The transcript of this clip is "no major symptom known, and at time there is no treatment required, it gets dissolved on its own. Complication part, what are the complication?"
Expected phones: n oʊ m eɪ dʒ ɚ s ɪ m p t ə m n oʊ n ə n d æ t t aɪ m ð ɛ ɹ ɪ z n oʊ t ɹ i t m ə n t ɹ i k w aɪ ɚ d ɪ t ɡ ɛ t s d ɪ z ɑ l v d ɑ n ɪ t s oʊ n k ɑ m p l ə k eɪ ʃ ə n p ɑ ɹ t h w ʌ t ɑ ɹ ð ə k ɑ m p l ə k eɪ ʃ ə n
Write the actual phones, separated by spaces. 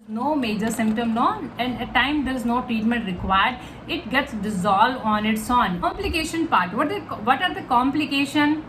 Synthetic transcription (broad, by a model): n oʊ m eɪ dʒ ɚ s ɪ m p t ə m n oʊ n ə n d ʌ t t aɪ m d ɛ ɹ ɪ z n oʊ t ɹ i t m ə n t ɹ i k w aɪ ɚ d ɪ t ɡ ɛ t s d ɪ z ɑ l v ɑ n ɪ t s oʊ n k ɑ m p l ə k eɪ ʃ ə n p ɑ ɹ t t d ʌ t ɑ ɹ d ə k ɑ m p l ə k eɪ ʃ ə n